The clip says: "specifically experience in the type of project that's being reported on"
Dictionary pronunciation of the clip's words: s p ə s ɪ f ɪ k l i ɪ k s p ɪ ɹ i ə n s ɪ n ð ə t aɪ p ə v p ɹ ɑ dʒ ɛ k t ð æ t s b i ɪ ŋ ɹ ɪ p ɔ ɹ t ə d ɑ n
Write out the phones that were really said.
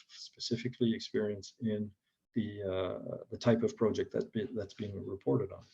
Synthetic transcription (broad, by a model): s p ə s ɪ f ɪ k l i ɪ k s p ɪ ɹ i ə n s ɪ n ð ə t aɪ p ə v p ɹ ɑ dʒ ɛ k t ð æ t s b i ɪ ŋ ɹ ɪ p ɔ ɹ t ə d n